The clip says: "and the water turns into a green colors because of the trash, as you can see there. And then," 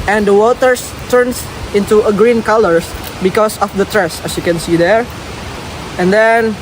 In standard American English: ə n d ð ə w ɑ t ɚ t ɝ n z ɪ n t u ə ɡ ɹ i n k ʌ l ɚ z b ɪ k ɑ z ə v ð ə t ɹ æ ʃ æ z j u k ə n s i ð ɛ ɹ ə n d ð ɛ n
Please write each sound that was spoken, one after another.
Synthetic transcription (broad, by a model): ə n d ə w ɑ t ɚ t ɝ n s ɪ n t u ə ɡ ɹ i n k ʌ l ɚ s b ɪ k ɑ s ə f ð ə t ɹ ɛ s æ s j u k ə n s i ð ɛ ɹ ə n d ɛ n